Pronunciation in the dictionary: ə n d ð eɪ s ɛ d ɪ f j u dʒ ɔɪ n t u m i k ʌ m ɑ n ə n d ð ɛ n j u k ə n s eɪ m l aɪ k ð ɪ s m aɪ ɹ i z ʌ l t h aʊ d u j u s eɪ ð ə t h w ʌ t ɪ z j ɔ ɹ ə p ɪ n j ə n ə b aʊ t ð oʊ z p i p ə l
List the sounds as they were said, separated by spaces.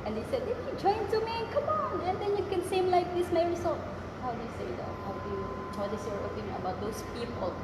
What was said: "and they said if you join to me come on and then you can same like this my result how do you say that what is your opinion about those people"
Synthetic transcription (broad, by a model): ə n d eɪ s ɛ d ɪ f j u dʒ ɔɪ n t u m i k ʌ m ɑ n ə n d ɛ n j u k ə n s eɪ m l aɪ k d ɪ s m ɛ ɹ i s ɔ h aʊ d u j u s eɪ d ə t h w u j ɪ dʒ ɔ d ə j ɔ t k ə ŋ ə b aʊ t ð oʊ s p i p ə l